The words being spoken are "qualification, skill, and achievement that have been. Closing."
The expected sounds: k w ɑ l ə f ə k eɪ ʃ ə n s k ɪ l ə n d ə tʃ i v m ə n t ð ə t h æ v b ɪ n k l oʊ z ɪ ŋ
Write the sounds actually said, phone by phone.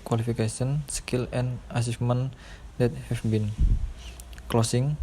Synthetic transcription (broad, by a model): k w ɑ l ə f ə k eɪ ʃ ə n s k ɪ l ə n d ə s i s m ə n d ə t h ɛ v b ɪ n k l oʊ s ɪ ŋ